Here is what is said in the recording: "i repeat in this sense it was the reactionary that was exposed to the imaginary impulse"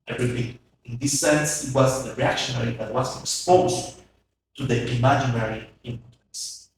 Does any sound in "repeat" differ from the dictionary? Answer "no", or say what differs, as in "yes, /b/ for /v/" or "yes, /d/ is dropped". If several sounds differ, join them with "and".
yes, /t/ is dropped